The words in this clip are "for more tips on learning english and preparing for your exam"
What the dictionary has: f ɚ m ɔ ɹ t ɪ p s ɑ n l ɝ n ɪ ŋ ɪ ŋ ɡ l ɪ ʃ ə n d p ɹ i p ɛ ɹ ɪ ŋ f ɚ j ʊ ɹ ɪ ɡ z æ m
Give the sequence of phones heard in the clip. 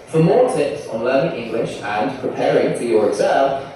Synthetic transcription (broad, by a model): f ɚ m ɔ ɹ t ɪ p s n l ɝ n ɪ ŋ ɪ ŋ ɡ l ɪ ʃ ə n p ɹ i p ɛ ɹ ɪ ŋ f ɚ j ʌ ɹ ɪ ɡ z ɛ